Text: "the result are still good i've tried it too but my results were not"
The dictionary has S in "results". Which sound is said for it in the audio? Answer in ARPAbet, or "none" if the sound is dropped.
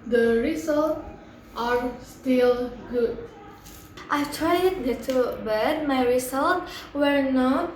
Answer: none